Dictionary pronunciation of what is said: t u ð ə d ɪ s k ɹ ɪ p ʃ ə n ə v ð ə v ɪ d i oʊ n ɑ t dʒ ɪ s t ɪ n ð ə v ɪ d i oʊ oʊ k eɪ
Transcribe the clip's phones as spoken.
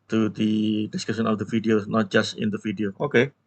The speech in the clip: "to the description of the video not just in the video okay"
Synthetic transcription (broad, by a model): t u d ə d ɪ s k ɪ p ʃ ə n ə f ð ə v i d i oʊ n ɑ t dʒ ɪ s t ɪ n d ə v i d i oʊ oʊ k eɪ